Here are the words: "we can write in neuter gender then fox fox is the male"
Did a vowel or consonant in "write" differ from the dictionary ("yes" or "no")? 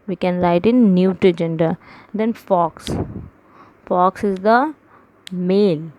yes